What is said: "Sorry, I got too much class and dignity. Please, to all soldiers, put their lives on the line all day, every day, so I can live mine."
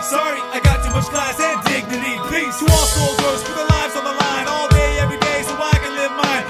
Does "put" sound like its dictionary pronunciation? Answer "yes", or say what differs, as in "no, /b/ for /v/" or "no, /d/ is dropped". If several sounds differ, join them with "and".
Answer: no, /f/ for /p/